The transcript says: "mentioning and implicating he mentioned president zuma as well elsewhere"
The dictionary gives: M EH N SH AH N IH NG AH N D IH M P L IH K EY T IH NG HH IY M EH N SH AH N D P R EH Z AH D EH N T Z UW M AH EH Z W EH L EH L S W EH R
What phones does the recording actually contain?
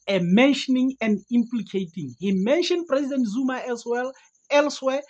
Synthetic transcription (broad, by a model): M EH N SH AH N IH NG AH N D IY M P L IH K EY T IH NG HH IY M EH N SH AH N D P R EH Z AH D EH N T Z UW M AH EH S W EH L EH L S W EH